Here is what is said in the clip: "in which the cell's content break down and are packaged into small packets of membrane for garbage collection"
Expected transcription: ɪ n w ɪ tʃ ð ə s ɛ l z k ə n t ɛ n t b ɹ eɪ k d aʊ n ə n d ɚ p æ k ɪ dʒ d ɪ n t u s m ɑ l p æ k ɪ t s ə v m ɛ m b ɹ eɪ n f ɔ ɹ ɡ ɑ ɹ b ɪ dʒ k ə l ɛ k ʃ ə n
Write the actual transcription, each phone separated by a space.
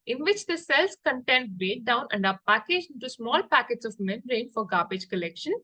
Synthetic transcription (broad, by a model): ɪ n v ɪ tʃ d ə s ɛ l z k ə n t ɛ n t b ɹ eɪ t d aʊ n ə n d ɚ p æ k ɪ dʒ ɪ n t u s m ɑ l p æ k ɪ t s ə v m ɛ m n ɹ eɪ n f ɔ ɹ ɡ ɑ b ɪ dʒ k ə l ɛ k ʃ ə n